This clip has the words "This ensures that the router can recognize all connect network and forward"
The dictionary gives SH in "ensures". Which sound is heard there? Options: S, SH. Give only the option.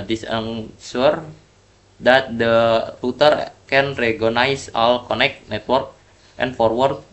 S